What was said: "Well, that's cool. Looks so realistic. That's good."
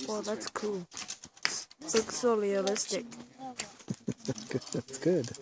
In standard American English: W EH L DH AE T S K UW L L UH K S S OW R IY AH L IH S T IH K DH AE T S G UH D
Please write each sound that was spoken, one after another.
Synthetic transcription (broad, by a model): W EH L DH AE T S K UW L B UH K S S OW L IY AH L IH S T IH K DH AE T S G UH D